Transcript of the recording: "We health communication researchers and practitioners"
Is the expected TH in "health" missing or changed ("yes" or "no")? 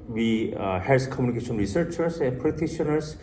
yes